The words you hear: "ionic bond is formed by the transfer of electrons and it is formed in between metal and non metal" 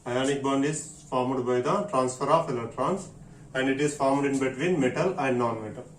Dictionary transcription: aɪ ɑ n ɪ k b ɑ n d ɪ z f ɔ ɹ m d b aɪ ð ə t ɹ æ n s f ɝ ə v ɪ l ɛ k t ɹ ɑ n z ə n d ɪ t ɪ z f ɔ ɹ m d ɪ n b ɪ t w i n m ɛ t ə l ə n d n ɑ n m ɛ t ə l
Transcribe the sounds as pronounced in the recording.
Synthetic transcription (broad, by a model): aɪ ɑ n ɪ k b ɑ n d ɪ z f ɔ ɹ m d b aɪ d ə t ɹ æ n s f ɝ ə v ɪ l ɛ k t ɹ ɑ n s ə n d ɪ t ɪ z f ɔ ɹ m d ɪ n b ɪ t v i n m ɛ t ə l ə n d n ɑ n m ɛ t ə l